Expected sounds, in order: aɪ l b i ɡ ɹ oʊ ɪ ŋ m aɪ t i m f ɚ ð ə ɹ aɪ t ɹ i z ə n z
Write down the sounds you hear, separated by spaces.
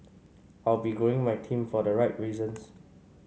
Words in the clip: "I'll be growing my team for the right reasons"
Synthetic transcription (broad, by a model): aɪ l b i ɡ oʊ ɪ ŋ m aɪ t i m f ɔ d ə ɹ aɪ t ɹ i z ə n s